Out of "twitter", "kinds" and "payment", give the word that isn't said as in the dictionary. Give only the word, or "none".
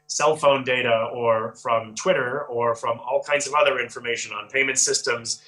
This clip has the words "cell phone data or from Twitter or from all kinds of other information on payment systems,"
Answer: none